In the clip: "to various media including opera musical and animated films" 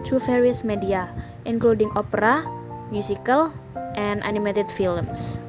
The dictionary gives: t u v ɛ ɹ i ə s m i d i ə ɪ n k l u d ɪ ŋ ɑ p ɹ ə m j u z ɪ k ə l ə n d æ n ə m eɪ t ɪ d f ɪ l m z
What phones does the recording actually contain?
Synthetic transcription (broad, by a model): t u f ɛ ɹ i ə s m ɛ d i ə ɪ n k l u d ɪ ŋ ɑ p ɹ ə m j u s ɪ k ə l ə n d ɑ n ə m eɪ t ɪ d f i l m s